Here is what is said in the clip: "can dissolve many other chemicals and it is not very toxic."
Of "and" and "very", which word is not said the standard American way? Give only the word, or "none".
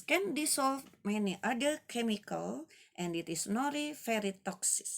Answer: very